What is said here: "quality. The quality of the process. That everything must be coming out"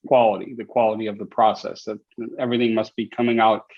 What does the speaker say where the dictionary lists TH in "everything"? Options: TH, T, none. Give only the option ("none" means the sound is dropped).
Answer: TH